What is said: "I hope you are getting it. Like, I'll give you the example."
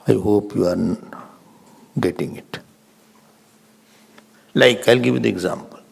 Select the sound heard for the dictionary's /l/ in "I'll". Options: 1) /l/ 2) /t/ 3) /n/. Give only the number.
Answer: 1